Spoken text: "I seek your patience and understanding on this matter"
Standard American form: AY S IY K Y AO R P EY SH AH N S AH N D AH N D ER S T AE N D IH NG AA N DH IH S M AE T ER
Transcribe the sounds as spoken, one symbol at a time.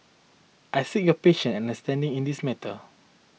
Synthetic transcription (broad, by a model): AY S IY K Y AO P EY SH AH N AH N D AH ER S T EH N D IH NG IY N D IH S M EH T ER